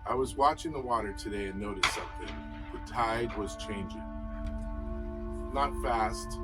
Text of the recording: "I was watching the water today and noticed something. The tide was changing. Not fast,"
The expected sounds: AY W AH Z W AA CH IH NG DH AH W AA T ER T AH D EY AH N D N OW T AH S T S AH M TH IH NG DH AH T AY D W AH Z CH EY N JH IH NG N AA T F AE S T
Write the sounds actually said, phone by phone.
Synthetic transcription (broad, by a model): AY W AH Z W AA CH IH NG DH AH W AA T ER T AH D EY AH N N OW T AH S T S AH M TH IH NG DH AH T AY D W AH Z CH EY N JH IH NG N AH T F AE S T